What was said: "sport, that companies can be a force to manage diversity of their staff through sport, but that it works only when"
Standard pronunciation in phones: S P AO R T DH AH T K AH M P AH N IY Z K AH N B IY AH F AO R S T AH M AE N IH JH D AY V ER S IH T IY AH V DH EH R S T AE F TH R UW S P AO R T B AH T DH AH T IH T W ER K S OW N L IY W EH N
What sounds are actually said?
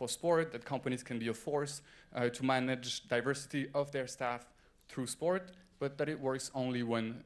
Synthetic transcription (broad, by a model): S P AO R T DH AH T K AH M P AH N IY Z K AH N B IY AH F AO R S T AH M AE N IH JH D AY V ER S IH T IY AH V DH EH R S T AE F TH R UW S P AO R T B AH T DH AH T IH T W ER K S OW N L IY W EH N